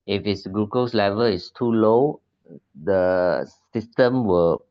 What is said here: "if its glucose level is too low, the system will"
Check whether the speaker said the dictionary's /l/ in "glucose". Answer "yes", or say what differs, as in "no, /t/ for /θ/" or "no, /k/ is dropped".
no, /l/ is dropped